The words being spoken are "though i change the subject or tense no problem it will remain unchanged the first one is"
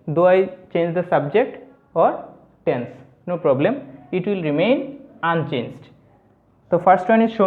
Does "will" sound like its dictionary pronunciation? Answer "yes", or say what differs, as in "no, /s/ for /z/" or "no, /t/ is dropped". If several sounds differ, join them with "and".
yes